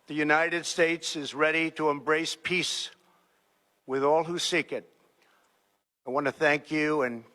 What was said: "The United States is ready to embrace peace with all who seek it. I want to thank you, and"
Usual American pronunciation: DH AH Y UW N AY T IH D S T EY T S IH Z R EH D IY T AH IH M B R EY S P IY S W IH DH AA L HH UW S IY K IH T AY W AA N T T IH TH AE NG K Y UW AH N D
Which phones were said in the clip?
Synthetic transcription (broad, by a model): DH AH Y UW N AY T IH D S T EY T S IH Z R EH D IY T AH IH M B R EY S P IY S W IH DH AA L HH UW S IY K IH T AY W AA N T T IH TH AE NG K Y UW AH N